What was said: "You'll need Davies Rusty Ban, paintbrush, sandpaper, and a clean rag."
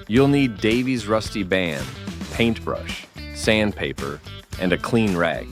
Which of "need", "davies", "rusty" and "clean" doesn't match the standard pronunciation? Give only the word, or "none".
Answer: none